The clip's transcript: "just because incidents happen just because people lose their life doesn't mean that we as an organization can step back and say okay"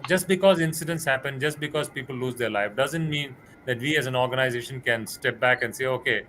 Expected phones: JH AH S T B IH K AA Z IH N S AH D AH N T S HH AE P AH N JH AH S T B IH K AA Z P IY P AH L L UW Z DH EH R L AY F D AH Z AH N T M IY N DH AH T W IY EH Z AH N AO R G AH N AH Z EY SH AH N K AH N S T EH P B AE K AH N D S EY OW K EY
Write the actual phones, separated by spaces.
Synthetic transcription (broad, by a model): JH AH S T B IH K AA Z IH N S AH D AH N T S HH AE P AH N JH AH S T B IH K AA Z P IY P AH L L UW Z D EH R L AY F D AH Z AH N T M IY N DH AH T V IY EH Z AH N AO R G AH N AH Z EY SH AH N K AH N S T EH P B AE K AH N S EY OW K EY